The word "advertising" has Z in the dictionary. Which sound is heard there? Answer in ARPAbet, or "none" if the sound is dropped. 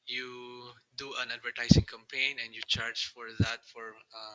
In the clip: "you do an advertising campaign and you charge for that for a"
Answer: S